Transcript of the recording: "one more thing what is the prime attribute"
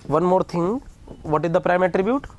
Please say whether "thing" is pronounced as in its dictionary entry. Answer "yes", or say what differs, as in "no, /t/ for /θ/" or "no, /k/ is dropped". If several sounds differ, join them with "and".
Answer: no, /t/ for /θ/